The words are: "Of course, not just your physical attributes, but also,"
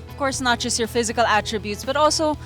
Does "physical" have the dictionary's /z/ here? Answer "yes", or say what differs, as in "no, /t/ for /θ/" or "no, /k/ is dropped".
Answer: yes